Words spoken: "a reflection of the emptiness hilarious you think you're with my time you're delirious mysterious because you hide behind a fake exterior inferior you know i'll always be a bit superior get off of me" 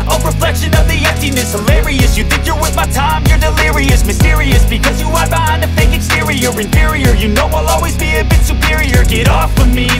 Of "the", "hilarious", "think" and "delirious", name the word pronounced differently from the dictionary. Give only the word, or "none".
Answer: none